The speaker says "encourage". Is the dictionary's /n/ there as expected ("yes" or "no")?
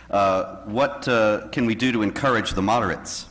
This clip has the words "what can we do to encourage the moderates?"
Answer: yes